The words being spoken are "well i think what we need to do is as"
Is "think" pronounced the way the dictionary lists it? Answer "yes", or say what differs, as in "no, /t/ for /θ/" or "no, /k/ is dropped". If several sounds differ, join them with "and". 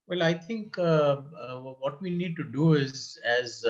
no, /t/ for /θ/